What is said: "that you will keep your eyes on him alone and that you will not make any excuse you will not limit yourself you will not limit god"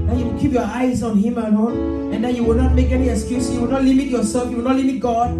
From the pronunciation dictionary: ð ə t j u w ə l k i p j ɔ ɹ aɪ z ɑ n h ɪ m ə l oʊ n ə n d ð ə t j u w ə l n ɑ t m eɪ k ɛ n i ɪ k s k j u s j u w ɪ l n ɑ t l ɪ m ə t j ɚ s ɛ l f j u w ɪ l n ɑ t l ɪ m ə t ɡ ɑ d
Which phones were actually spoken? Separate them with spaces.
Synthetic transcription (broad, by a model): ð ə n j u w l k i p j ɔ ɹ aɪ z ɑ n h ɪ m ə n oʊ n ə n d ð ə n j u w ə l n ɑ t m eɪ k ɛ n i ɪ k s k j u s j u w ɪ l n ɑ t l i m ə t j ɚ s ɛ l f j u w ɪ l n ɑ t l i m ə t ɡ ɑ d